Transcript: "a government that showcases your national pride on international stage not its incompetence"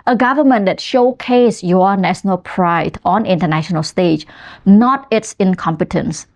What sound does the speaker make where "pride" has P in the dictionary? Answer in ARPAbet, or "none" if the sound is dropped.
P